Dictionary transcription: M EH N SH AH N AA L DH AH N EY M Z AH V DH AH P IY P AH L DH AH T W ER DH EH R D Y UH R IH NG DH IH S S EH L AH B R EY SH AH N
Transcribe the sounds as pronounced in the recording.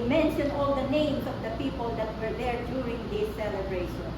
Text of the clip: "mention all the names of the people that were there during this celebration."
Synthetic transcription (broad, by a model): M EH N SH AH N AA L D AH N EY M S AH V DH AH P IY P AH L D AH T W ER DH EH R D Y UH R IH NG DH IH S S EH L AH B R EY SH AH N